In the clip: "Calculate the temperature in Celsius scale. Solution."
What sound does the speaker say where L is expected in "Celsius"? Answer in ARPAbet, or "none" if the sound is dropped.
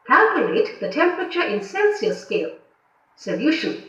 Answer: N